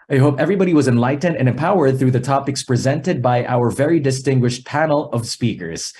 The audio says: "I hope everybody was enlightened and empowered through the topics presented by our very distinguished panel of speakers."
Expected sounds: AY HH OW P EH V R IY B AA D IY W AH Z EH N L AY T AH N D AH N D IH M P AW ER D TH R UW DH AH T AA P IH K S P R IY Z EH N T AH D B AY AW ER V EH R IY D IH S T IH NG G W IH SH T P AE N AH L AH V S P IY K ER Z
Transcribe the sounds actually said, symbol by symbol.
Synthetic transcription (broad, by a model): AY HH OW P EH V R IY B AA D IY W AH Z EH N L AY T N D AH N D IH M P AW ER D TH R UW DH AH T AA P IH K S P R IY Z EH N T AH D B AY AW ER V EH R IY D IH S T IH NG G W IH SH T P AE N L AH V S P IY K ER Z